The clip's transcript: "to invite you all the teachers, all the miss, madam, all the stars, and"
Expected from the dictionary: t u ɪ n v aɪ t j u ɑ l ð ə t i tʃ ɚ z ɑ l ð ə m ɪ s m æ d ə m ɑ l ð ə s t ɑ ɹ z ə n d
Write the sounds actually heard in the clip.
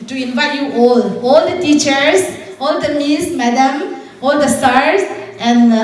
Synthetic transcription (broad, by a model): t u ɪ n v aɪ t j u ɑ l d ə t i tʃ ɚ s ɑ l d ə m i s m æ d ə m ɑ l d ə s t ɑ ɹ s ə n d